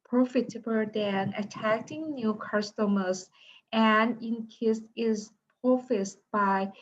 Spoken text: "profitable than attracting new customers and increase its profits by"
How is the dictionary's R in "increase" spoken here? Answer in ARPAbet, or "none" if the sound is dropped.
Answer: none